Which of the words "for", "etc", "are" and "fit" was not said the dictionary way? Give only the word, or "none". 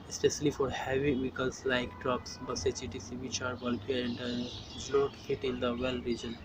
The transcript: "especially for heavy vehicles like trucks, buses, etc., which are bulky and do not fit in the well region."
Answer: etc